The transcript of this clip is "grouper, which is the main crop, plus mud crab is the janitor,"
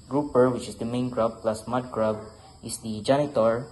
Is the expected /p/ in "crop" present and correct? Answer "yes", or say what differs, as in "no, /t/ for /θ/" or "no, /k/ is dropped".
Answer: no, /b/ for /p/